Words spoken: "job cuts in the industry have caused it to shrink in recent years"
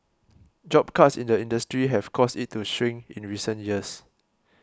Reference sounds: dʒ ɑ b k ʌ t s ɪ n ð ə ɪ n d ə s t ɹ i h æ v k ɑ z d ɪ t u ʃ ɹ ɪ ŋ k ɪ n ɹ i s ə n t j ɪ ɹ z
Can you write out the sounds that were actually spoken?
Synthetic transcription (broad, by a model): dʒ ɑ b k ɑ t s ɪ n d ə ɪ n d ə s t ɹ i h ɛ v k ɑ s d ɪ t u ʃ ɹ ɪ ŋ ɪ n ɹ i s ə n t j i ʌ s